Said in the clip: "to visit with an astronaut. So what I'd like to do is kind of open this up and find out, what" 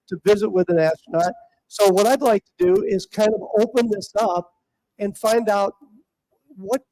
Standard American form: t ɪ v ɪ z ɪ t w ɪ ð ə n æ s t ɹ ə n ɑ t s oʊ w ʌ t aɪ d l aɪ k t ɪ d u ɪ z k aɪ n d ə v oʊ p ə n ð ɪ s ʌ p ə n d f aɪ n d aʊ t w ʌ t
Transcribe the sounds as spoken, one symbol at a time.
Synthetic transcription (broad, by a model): t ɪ v ɪ z ɪ t w ɪ ð ə n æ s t ə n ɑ t s oʊ w ʌ t aɪ d l aɪ k t ɪ d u ɪ z k aɪ n d ə v oʊ p ə n ð ɪ s ʌ p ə n f aɪ n d aʊ t w ʌ t